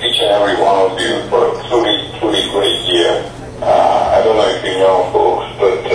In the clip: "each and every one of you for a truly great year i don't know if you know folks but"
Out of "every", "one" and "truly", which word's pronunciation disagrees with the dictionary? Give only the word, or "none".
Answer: truly